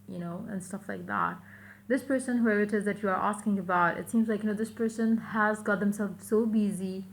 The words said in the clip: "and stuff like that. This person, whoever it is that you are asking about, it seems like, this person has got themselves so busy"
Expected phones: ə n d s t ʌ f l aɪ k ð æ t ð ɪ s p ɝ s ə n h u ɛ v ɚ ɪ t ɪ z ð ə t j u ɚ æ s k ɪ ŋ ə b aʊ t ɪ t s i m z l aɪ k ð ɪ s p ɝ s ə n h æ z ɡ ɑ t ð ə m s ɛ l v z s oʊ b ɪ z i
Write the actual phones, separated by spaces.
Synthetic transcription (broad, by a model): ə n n s t ʌ f l aɪ k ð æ t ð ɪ s p ɝ s ə n h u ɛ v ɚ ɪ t ɪ z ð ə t j u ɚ æ s k ɪ ŋ ə b aʊ t ɪ t s i m z l aɪ k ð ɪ s p ɝ s ə n h æ z ɡ ɑ t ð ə m s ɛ l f s oʊ b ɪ z i